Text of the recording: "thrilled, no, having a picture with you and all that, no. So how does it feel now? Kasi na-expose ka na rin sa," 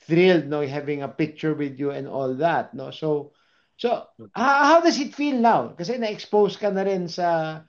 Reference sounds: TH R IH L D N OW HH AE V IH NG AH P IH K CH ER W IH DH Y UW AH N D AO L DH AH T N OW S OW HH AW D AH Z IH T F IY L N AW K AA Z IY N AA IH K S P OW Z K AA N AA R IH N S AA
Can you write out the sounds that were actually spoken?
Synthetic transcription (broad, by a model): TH R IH L D N OW HH AE V IH NG AH P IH K CH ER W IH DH Y UW AH N D AO L DH AH T N OW S OW HH AW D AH S IH T F IY L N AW K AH S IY N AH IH K S P OW S K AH N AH R IH N S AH